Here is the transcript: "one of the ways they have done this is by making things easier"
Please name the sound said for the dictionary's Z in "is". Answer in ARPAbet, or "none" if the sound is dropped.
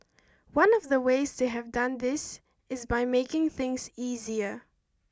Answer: Z